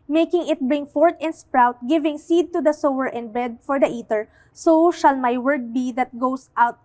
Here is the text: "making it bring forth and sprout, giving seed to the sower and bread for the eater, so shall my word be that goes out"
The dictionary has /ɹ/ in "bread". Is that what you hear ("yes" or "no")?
no